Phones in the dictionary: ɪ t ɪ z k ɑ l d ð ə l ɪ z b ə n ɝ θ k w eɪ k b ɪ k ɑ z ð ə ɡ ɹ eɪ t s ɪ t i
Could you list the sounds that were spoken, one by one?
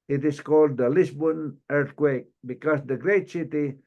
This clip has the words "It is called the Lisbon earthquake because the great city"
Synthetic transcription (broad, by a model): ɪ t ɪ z k ɑ l d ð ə l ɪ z b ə n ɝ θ k w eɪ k b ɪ k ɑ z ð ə ɡ ɹ eɪ t s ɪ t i